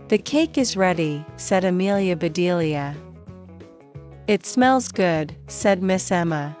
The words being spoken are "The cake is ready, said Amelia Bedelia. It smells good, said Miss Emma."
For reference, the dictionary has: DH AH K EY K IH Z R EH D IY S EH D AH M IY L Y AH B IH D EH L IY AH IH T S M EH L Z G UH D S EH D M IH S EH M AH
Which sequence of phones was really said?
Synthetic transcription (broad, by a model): DH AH K EY K IH Z R EH D IY S EH D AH M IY L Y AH B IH D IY L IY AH IH T S M EH L Z G UH D S EH D M IH S EH M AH